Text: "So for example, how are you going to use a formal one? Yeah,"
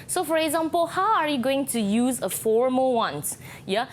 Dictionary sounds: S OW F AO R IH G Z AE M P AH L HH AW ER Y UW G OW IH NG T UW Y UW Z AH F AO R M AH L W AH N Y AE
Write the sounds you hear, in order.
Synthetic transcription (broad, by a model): S OW F AO R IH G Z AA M P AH L HH AW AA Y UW G OW IH NG T UW Y UW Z AH F AO R M AH L W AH N Y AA